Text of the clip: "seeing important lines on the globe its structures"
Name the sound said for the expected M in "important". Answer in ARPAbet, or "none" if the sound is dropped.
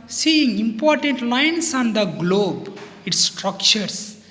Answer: M